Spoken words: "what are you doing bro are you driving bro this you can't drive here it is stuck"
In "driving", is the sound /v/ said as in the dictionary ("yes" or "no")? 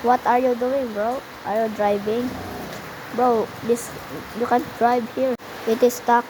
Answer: no